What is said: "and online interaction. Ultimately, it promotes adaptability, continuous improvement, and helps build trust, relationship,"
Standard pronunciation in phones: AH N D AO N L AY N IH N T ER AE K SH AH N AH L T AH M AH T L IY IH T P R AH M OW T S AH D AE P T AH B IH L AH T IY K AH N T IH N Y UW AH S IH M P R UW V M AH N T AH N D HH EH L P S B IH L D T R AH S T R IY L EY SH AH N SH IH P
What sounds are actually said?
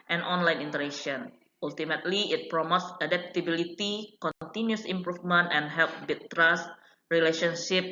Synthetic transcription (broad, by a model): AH N AO N L AY N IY N T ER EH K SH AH N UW L T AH M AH T L IY IH T P R AH M OW T S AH D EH P T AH B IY L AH T IY K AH N T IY N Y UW S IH M P R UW F M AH N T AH N HH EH L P B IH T T R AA S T R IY L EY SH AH N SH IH P